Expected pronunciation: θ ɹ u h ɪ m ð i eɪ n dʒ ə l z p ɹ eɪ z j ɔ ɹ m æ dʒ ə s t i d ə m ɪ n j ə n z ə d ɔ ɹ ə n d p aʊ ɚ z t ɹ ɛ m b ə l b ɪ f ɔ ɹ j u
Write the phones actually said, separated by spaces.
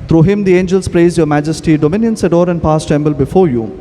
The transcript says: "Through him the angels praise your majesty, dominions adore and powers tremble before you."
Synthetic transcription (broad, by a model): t ɹ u h ɪ m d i eɪ n dʒ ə l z p ɹ eɪ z j ɔ ɹ m æ dʒ ə s t i d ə m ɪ n j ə n s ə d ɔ ɹ ə n d p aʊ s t ɛ m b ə l b ɪ f ɔ ɹ j u